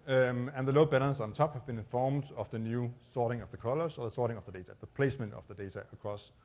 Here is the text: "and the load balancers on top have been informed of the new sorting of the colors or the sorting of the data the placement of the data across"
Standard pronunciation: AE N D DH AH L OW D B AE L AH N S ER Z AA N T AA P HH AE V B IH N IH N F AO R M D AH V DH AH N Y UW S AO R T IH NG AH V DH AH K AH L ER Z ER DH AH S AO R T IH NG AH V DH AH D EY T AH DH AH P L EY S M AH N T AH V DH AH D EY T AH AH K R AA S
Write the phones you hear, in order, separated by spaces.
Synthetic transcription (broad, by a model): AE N DH AH L OW B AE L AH N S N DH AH T AA P HH AE V B IH N IH N F AO R M D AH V DH AH N Y UW S AO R T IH NG AH V DH AH K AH L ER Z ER DH AH S AO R T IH NG AH V DH AH D EY T AH DH AH P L EY S M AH N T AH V DH AH D EY T AH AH K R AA S